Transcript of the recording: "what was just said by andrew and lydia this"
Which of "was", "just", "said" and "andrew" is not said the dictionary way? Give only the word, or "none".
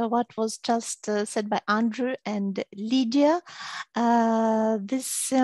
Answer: none